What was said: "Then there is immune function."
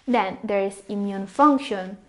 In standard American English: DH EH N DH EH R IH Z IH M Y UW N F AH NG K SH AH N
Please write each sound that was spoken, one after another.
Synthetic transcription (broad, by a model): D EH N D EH R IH S IH M Y UW N F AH NG K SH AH N